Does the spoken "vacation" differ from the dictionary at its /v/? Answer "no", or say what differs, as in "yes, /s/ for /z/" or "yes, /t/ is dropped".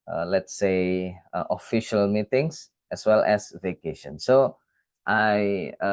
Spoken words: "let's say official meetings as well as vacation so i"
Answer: no